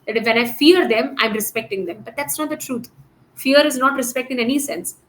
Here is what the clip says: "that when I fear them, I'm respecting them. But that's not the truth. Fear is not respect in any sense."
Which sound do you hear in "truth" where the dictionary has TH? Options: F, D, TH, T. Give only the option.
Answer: T